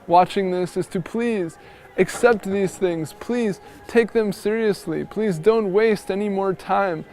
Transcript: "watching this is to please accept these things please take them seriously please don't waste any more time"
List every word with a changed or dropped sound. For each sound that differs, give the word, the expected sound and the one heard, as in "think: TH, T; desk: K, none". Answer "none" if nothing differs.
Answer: none